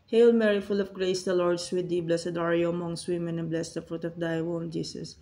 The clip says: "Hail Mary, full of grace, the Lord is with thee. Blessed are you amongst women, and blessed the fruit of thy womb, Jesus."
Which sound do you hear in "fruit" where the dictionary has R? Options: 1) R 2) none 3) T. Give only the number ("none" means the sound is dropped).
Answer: 1